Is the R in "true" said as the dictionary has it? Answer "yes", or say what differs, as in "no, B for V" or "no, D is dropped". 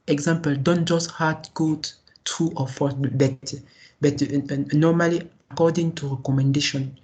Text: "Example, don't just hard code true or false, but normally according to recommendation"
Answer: no, R is dropped